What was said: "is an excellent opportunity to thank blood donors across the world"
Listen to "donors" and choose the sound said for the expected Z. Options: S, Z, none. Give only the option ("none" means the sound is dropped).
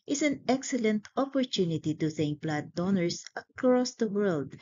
S